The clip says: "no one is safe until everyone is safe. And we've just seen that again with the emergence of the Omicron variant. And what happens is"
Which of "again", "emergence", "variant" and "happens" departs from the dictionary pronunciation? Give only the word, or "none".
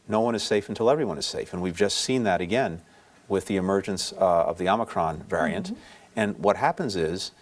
none